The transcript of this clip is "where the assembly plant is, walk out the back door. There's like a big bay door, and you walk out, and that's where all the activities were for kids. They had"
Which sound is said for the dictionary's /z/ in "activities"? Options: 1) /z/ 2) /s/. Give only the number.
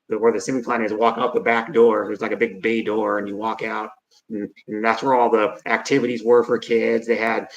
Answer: 1